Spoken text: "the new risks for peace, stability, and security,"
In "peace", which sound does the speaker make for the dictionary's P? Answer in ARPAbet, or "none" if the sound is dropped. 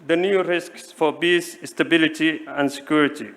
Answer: B